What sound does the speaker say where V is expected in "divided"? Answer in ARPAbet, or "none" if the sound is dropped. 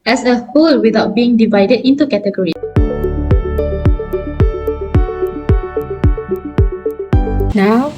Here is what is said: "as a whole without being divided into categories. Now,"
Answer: V